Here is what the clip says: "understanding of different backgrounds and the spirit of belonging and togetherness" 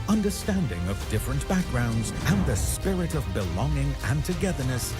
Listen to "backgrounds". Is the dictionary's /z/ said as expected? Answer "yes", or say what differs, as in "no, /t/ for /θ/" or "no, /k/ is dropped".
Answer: yes